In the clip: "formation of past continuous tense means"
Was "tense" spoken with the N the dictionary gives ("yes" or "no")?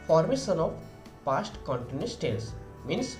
no